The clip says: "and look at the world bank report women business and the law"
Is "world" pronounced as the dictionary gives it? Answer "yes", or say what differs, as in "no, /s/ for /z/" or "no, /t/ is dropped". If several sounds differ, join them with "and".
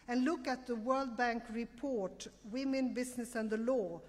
yes